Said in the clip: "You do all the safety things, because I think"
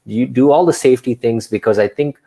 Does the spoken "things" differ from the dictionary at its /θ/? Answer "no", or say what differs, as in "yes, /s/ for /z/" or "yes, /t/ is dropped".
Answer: yes, /t/ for /θ/